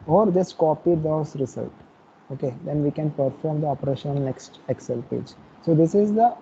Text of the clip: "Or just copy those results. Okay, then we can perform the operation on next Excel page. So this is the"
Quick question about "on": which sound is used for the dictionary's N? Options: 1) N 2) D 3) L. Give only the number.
3